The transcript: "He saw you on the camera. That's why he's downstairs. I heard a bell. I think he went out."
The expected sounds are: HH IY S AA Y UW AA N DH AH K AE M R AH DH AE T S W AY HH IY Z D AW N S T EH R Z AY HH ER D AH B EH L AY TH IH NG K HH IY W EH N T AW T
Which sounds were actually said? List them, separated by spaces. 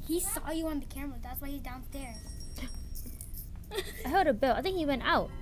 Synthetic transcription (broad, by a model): HH IY S AA Y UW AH N DH AH K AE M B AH DH AE T S W AY HH IY Z D AW N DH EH R AY HH ER D AH B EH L AY TH IH NG K HH IY W EH N T AW T